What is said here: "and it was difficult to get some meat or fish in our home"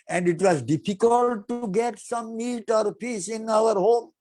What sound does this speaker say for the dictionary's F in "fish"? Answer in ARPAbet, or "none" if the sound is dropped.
P